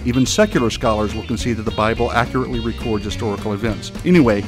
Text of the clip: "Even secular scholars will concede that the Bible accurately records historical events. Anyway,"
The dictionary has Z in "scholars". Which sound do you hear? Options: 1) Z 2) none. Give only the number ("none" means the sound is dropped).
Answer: 1